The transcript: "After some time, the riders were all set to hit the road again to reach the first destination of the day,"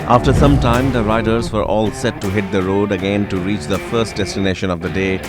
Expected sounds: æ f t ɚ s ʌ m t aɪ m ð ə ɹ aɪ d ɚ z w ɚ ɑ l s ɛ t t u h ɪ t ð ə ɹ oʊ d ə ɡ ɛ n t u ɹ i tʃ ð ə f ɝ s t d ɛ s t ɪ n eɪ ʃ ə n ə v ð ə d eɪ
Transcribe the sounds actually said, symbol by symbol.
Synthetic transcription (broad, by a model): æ f t ɚ s ʌ m t aɪ m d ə ɹ aɪ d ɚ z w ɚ ɑ l s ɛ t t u h ɪ t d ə ɹ oʊ d ə ɡ ɛ n t u ɹ i tʃ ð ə f ɝ s t d ɛ s t ɪ n eɪ ʃ ə n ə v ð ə d eɪ